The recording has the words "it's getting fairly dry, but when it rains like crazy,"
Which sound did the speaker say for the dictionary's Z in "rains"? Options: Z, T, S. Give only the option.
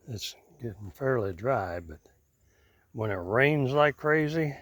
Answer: Z